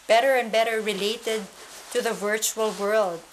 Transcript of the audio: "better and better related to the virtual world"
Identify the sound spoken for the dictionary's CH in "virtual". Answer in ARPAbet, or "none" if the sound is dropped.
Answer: CH